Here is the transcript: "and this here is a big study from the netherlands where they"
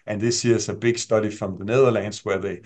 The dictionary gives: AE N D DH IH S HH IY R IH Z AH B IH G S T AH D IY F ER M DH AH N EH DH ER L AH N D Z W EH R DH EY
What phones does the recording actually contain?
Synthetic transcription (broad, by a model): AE N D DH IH S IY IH S AH B IH G S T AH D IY F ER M DH AH N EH DH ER L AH N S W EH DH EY